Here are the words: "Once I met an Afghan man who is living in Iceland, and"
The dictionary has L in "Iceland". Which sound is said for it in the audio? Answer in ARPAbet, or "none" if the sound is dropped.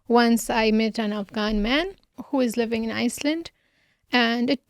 L